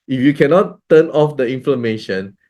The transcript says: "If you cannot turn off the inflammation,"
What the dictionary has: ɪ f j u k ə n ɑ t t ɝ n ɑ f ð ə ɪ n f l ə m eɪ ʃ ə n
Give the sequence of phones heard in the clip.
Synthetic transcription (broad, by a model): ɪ f j u k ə n ɑ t t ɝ n ɑ f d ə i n f l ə m eɪ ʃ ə n